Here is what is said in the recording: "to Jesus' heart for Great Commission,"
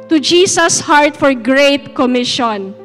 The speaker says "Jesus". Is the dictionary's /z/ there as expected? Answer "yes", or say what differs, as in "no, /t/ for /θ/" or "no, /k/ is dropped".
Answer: no, /s/ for /z/